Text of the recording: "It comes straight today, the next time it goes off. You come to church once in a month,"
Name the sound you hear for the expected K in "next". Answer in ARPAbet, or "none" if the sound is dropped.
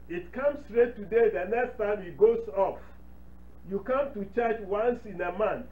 K